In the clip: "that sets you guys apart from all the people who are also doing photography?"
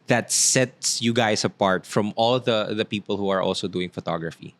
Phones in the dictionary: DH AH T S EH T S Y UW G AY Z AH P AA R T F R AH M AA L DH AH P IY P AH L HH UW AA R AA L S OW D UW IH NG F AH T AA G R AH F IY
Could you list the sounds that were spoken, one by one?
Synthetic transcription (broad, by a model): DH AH T S EH T S Y UW G AY S AH P AA R T F R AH M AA L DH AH P IY P AH L HH UW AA R AA L S OW D UW IH NG F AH T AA G R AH F IY